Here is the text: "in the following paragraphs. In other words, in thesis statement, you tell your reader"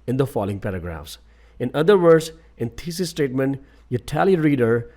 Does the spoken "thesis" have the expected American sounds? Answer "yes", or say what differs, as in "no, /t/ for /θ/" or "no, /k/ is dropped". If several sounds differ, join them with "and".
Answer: no, /t/ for /θ/